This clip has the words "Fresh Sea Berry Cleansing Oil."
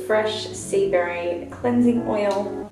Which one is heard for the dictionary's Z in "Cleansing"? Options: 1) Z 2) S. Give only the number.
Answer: 1